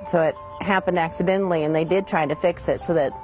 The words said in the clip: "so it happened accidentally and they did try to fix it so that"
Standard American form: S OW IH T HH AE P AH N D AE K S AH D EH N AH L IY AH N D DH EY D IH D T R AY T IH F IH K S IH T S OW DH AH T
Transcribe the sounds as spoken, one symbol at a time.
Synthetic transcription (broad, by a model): S OW IH T HH AE P AH N D AE K S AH D EH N L IY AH N DH EY D IH D T R AY T IH F IH K S IH T S OW DH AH T